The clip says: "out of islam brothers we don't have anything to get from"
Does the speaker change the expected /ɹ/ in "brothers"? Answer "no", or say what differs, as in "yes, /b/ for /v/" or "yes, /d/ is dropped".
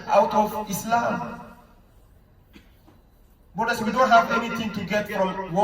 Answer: yes, /ɹ/ is dropped